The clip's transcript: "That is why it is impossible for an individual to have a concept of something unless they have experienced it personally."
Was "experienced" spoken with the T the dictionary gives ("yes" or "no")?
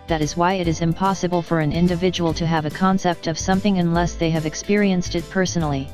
yes